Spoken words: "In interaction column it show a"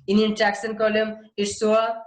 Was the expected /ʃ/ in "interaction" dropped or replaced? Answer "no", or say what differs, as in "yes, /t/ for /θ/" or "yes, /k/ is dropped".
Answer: yes, /s/ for /ʃ/